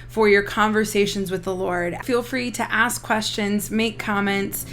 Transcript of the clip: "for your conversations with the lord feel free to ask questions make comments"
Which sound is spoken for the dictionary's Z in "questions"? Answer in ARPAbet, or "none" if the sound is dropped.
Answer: Z